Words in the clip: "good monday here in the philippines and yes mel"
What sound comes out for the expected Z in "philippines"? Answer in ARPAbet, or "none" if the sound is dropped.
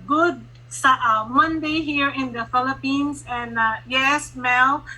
S